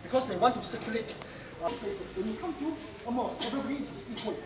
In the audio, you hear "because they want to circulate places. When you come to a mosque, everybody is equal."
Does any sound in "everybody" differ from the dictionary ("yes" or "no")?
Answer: yes